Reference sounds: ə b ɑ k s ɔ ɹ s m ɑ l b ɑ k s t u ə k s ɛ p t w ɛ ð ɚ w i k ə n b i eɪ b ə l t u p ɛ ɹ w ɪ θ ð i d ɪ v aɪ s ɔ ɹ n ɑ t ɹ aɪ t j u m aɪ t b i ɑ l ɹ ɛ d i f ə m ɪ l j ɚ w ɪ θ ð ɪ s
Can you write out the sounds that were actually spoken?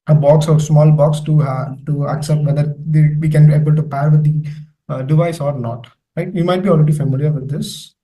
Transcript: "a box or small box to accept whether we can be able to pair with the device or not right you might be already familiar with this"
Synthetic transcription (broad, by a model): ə b ɑ k s ɔ ɹ s m ɑ l b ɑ k s t u ə k s ɛ p t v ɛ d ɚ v i k ə n b i eɪ b ə l t u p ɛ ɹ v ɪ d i d ɪ v aɪ s ɔ ɹ n ɑ t l aɪ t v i m aɪ t b i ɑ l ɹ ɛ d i f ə m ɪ l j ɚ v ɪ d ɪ s